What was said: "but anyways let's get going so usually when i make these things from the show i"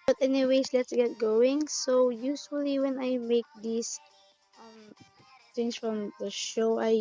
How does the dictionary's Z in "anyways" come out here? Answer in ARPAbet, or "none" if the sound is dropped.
S